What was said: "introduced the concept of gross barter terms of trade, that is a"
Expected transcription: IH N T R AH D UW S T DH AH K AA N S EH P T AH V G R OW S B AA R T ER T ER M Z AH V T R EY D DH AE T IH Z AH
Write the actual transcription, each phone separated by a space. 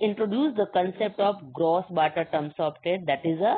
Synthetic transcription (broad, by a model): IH N T R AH D UW S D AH K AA N S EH P T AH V G R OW S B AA T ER T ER M S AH P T EY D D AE T IH Z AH